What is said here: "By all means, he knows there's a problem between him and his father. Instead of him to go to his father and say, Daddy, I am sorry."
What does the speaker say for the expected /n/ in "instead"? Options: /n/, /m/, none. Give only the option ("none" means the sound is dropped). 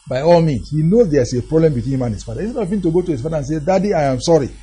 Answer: none